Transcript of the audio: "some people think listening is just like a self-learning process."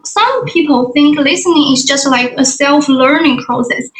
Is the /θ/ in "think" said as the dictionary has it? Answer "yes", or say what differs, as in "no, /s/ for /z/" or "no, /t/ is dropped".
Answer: yes